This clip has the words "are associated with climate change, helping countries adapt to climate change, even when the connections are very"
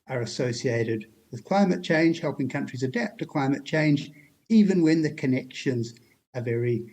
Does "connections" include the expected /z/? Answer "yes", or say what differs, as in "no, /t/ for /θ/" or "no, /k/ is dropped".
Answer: yes